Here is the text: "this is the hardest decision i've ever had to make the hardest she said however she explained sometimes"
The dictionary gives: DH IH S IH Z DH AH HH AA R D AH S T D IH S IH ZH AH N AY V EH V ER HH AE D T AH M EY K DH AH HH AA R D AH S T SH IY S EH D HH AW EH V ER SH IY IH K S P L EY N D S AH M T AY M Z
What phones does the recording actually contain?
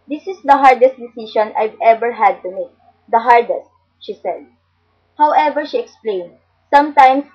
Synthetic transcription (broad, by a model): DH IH S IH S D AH HH AA R D AH S T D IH S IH SH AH N AY V EH V ER HH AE D T AH M EY K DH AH HH AA R D AH S T SH IY S EH D HH AW EH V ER SH IY IH K S P L EY N D S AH M T AY M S